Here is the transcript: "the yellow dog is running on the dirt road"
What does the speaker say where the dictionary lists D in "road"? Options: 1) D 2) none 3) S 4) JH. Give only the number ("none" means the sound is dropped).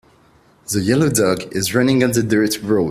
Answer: 2